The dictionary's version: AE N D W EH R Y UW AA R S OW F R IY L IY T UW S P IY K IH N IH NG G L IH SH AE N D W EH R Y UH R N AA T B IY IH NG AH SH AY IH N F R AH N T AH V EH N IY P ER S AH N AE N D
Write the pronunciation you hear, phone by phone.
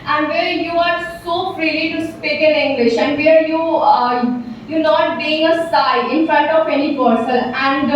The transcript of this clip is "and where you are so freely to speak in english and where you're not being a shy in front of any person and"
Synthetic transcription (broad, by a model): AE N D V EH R Y UW AA R S OW F R IY L IY T UW S P IY K IH N IH NG G L IH SH AE N D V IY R Y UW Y N AA T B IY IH NG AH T AY IH N F R AH N T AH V EH N IY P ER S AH L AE N D